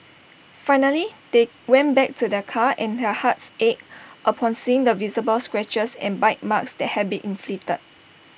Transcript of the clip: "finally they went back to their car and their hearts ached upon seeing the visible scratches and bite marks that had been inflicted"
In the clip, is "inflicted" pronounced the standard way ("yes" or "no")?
no